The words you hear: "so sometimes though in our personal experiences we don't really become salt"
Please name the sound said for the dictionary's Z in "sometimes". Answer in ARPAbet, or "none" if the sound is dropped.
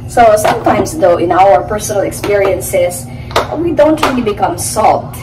S